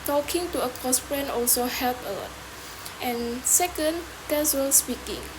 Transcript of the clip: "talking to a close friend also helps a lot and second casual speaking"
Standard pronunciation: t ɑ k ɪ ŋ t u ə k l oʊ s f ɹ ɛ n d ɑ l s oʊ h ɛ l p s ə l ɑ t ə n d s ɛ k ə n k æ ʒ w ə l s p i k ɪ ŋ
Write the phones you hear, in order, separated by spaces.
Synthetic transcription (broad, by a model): t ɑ k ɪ ŋ t u ə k oʊ s p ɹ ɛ n ɑ l s oʊ h ɛ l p ə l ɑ t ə n s ɛ k ə n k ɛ s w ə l s p i k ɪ ŋ